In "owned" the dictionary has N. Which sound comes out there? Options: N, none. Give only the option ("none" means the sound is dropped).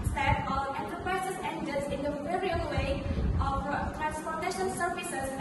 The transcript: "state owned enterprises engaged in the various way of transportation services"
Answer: none